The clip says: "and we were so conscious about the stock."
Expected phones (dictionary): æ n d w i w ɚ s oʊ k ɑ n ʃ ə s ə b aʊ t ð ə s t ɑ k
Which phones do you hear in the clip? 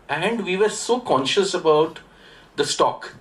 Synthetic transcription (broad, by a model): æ n d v i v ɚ s oʊ k ɑ n ʃ ə s ə b aʊ t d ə s t ɑ k